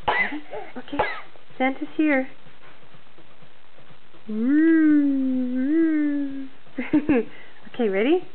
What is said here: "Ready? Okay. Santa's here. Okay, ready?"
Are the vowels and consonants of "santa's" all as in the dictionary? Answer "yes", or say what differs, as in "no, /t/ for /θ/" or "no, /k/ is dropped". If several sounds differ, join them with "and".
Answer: no, /s/ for /z/